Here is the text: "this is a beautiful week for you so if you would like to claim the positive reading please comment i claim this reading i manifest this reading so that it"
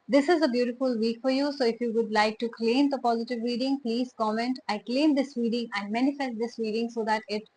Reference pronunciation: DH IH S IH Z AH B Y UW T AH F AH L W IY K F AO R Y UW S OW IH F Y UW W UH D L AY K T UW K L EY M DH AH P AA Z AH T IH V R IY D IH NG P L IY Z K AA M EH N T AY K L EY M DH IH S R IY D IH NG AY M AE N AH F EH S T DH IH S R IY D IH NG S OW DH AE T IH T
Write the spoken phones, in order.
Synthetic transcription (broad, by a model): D IH S IH Z AH B Y UW T AH F AH L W IY K F AO R Y UW S OW IH F Y UW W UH D L AY K T UW K L EY M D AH P AA Z AH T IH V R IY D IH NG P L IY Z K AA M EH N T AY K L EY M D IH S R IY D IH NG AY M AE N AH F EH S T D IH S R IY D IH NG S OW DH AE T IH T